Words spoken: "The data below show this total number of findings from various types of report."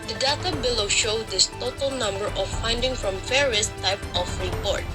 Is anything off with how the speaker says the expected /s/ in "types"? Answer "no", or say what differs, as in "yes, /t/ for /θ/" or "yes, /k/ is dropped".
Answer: yes, /s/ is dropped